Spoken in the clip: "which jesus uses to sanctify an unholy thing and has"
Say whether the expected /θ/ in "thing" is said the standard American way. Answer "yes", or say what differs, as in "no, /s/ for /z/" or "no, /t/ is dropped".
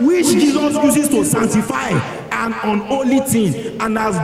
no, /t/ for /θ/